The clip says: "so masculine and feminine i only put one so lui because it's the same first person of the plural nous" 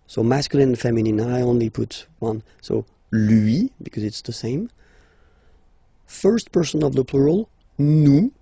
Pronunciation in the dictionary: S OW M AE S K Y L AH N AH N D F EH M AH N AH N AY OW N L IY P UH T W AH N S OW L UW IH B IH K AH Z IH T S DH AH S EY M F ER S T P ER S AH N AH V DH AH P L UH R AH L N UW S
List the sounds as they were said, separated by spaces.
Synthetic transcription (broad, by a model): S OW M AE S K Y AH L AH N F EH M AH N AH N AY OW N L IY P UH T W AH N S OW L UW IH B IH K AH Z IH T S DH AH S EY M F ER S T P ER S AH N AH V DH AH P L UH R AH L N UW